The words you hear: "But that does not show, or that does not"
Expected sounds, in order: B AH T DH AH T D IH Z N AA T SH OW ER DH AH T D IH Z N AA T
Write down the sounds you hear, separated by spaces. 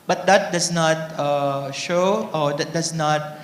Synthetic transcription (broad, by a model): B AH T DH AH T D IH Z N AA T SH OW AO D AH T D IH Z N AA T